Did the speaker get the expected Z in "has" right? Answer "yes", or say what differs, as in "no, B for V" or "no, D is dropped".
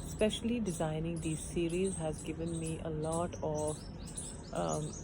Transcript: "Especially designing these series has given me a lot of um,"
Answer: yes